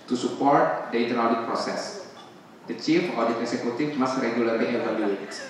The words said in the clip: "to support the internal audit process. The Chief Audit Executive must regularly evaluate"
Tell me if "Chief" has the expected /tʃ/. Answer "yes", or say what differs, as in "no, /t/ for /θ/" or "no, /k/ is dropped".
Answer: yes